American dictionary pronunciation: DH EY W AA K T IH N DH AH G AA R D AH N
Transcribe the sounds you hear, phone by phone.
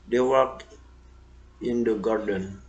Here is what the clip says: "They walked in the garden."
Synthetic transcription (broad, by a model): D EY W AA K IH N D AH G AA R D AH N